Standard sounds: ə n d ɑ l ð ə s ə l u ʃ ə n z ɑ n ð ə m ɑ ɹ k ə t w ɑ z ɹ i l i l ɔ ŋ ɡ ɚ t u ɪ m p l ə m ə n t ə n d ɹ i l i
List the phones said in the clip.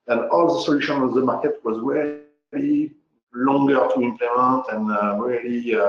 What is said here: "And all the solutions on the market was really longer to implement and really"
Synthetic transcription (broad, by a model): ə n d ɑ l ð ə s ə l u ʃ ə n ɑ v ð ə m ɑ ɹ k ə t w ɑ z ɹ i l i l ɔ ŋ ɡ ɚ t u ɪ m p l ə m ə n t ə n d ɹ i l i